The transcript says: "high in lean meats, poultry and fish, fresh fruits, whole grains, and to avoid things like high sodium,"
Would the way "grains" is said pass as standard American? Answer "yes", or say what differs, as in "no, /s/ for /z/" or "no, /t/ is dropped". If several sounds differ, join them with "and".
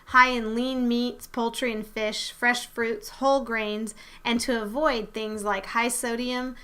yes